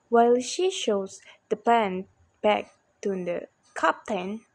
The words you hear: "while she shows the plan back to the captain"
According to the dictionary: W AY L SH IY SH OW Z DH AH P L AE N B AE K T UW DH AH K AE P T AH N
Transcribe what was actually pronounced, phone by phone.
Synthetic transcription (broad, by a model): W AY L SH IY SH OW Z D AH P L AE N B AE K T UW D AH K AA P T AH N